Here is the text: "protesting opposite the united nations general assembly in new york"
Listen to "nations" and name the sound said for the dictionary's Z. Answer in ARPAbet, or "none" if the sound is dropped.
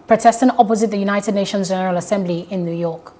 Z